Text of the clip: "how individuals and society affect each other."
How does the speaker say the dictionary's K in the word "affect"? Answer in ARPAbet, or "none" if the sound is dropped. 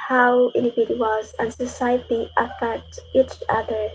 none